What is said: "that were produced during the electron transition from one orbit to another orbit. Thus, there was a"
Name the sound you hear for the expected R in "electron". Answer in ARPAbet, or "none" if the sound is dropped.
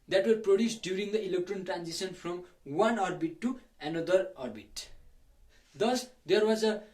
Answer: R